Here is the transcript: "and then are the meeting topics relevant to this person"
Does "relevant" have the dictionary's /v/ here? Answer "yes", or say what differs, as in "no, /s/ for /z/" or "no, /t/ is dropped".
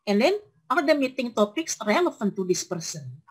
no, /f/ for /v/